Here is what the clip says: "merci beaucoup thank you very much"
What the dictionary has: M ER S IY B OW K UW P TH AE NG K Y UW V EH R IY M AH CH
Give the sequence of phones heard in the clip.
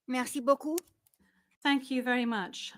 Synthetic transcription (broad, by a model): M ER S IY B OW K UW TH AE NG K Y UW V EH R IY M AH CH